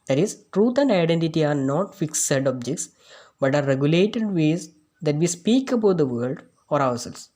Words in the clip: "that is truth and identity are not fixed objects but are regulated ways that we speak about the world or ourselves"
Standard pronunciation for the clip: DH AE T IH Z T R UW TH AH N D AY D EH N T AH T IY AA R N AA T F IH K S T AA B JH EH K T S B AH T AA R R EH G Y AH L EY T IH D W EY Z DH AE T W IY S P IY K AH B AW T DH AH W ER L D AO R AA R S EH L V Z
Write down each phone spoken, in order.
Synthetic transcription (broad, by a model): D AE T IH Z T R UW T AH N D AY D EH N T AH T IY AA R N AA T F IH K S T AA B JH EH K T S B AH T AA R R EH G Y AH L EY T IH D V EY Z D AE T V IY S P IY K AH B AW T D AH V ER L D AO R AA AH S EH L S